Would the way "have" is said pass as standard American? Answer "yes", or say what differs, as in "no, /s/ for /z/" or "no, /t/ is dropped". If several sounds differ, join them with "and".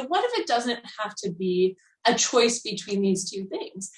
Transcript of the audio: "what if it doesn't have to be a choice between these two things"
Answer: no, /f/ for /v/